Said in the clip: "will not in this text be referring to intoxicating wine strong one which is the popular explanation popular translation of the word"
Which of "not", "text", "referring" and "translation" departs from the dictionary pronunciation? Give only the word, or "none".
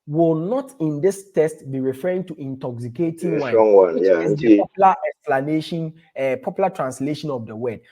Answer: text